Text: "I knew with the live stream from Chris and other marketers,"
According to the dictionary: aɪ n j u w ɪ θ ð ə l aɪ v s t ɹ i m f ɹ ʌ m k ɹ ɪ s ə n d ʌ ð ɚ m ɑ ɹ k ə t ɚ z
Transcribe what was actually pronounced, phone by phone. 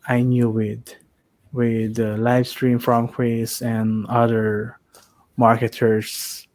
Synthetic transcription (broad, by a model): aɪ n j u w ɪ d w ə l aɪ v s t ɹ i m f ɹ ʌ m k w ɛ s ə n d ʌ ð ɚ m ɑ ɹ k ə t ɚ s